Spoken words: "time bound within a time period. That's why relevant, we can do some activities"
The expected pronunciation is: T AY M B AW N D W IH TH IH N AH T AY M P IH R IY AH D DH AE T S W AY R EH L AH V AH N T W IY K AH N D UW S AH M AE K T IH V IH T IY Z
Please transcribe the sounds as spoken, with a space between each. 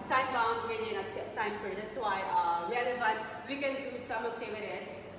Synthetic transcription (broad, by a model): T AY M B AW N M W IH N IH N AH T AY M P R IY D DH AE T S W AY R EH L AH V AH T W IY K AH N D UW S AH M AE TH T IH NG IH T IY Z